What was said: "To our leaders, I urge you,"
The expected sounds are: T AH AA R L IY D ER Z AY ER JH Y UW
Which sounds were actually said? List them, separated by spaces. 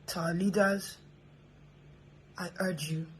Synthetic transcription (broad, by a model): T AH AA L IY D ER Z AY ER JH Y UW